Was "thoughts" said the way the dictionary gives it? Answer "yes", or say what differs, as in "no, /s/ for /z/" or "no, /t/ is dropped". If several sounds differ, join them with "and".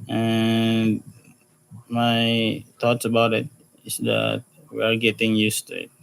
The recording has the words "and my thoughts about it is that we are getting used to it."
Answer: no, /t/ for /θ/